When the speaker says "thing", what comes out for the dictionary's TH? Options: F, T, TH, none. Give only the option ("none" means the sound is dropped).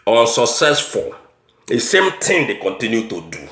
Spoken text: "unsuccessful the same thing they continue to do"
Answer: T